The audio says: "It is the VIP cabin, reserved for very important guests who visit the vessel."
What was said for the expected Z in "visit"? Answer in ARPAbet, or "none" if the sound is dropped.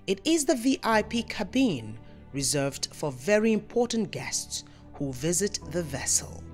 Z